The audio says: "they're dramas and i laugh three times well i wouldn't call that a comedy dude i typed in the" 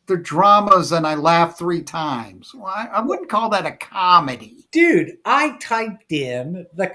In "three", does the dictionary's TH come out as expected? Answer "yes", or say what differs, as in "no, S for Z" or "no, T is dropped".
yes